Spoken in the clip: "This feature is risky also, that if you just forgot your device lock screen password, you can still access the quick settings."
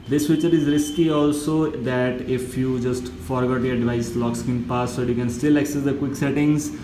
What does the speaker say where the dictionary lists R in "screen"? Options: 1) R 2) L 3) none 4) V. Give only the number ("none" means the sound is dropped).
3